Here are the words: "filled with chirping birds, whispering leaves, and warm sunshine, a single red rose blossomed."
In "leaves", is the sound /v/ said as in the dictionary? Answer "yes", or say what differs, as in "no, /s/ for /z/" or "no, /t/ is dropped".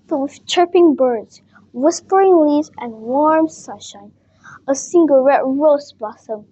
no, /v/ is dropped